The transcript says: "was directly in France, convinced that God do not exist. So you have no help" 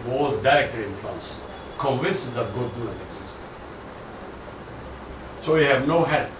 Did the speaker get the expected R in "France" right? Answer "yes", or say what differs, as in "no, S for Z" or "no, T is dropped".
no, L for R